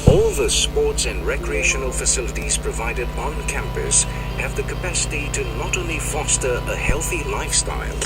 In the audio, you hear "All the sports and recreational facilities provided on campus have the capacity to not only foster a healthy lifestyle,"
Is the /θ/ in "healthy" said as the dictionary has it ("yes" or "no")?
yes